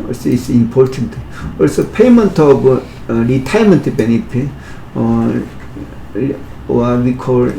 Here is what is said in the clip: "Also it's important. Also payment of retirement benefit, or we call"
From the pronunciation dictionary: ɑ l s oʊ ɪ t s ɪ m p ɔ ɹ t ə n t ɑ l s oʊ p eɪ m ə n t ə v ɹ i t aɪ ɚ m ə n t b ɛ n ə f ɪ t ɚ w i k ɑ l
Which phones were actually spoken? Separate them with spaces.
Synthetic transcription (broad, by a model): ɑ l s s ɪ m p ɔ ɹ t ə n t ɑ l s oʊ p eɪ m ə n t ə b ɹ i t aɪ m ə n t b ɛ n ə p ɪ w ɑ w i k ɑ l